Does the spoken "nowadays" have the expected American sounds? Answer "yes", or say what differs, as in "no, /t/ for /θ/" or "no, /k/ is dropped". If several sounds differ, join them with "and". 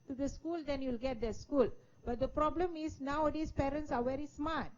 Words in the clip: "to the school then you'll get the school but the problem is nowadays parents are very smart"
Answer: no, /s/ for /z/